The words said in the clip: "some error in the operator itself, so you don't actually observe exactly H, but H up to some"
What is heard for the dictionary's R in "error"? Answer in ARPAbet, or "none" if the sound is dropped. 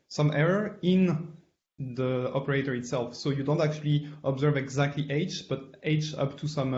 R